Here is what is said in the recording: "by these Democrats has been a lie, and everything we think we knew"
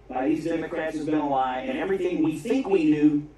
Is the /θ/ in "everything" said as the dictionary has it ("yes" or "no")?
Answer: yes